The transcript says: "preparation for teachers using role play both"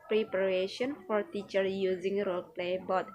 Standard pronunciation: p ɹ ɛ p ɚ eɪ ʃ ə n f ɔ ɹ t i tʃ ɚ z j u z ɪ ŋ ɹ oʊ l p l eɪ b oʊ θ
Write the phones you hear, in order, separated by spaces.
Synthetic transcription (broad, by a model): p ɹ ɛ p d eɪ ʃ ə n f ɔ ɹ t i tʃ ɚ j u z ɪ ŋ ɹ oʊ l p l eɪ b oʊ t